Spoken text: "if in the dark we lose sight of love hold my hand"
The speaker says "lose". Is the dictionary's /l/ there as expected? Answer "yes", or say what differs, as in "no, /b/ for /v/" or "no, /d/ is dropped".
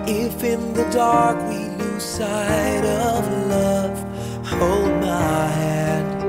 no, /n/ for /l/